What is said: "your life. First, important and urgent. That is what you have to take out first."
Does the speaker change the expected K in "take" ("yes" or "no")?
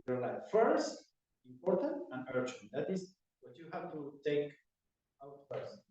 no